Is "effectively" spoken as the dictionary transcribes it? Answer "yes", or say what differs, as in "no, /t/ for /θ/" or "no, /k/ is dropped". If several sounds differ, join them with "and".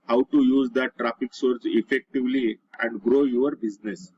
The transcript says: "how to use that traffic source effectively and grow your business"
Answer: yes